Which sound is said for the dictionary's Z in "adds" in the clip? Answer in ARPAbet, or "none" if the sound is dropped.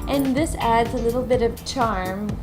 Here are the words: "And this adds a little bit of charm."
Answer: Z